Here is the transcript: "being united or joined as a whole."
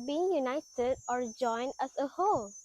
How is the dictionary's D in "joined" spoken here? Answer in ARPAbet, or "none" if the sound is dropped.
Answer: D